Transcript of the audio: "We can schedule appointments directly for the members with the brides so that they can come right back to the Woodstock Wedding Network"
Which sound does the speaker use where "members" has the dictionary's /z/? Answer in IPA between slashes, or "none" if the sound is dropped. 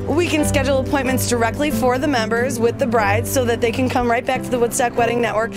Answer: /z/